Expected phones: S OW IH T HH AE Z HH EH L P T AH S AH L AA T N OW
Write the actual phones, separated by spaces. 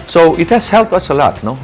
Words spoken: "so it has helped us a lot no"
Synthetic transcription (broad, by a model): S OW IH T HH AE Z HH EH L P AH S AH L AA T N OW